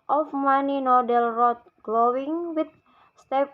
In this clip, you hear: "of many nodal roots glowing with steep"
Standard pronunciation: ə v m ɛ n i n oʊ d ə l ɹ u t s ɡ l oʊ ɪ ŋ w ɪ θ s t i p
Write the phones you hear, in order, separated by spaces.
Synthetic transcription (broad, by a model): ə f m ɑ n i n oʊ d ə l ɹ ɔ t ɡ l oʊ ɪ ŋ w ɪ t s t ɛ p